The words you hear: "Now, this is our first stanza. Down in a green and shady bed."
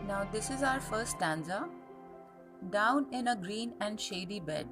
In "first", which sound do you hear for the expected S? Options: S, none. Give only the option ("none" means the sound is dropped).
S